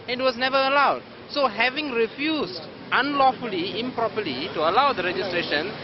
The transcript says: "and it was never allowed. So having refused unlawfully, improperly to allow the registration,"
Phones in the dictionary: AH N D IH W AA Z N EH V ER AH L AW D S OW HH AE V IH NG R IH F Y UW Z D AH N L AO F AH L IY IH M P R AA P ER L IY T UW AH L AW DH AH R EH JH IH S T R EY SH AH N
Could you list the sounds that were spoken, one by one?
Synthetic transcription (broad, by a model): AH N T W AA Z N EH V ER AH L AW D S OW HH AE V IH NG R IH F Y UW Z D AH N L AO F AH L IY IH M P R AA P ER L IY T UW AH L AW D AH R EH JH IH S T R EY SH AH N